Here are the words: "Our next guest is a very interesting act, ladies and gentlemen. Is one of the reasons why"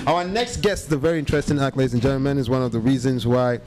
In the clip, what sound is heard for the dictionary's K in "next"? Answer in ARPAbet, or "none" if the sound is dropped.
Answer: K